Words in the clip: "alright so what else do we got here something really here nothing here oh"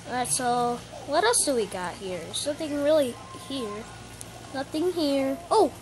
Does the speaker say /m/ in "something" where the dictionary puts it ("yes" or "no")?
no